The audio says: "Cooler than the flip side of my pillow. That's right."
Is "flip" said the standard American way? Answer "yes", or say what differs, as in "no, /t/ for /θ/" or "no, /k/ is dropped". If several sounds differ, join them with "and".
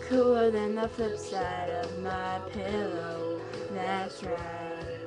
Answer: no, /l/ is dropped